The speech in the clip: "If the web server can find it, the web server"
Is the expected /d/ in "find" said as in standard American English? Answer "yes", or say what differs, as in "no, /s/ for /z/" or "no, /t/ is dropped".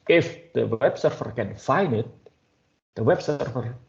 no, /d/ is dropped